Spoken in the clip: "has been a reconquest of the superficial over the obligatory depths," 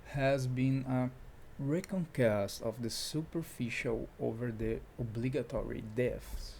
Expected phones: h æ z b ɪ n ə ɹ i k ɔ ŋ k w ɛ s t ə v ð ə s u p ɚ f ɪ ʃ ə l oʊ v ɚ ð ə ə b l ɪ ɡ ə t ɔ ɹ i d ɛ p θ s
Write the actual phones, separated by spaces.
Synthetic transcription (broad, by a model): h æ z b ɪ n ə ɹ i k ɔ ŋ k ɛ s t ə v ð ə s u p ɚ f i ʃ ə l oʊ v ɚ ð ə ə b l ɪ ɡ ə t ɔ ɹ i d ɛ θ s